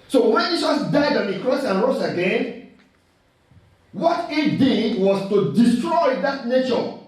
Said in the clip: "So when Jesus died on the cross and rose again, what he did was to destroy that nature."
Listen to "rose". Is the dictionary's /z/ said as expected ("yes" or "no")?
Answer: no